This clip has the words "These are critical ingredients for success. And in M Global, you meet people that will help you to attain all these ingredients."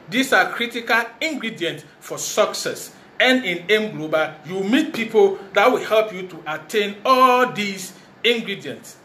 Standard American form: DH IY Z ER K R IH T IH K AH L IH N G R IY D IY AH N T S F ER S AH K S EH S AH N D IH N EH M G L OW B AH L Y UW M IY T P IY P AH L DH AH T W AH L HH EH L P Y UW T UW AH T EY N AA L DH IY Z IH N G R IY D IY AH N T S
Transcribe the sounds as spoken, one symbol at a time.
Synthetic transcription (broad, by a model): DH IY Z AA K R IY T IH K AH L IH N G R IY D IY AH N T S F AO S AH K S EH S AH N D IH N EH M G L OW B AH Y UW M IY T P IY P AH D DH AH T W AH L HH EH L P Y UW T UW AH T EY N AA L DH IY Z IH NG G R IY D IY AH N T S